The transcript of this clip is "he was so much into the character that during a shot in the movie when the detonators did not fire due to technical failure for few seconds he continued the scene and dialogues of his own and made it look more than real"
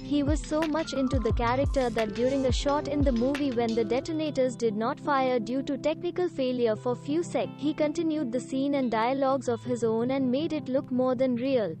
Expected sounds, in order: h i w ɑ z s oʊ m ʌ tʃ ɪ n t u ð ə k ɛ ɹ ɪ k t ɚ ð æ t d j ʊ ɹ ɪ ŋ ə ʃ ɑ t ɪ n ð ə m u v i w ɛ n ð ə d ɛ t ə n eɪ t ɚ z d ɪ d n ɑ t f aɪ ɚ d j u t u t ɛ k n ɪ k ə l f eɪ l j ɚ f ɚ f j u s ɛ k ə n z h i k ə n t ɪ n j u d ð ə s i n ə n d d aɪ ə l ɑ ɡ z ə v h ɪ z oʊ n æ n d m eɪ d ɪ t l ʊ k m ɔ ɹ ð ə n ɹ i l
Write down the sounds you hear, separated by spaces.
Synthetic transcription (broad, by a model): h i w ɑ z s oʊ m ʌ tʃ ɪ n t u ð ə k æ ɹ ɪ k t ɚ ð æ t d j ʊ ɹ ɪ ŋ ə ʃ ɑ t ɪ n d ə m u v i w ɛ n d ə d ɛ t ə n eɪ t ɚ z d ɪ d n ɑ t f aɪ ɚ d j u t u t ɛ k n ɪ k ə l f eɪ l j ɚ f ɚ f j u s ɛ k h i k ə n t ɪ n j u d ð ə s i n ə n d d aɪ ə l ɑ ɡ z ə v h ɪ z oʊ n æ n d m eɪ d ɪ t l ʊ k m ɔ ɹ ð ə n ɹ i l